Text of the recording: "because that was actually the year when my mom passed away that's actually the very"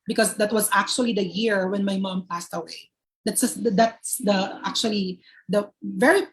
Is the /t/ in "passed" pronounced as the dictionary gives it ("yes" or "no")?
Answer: yes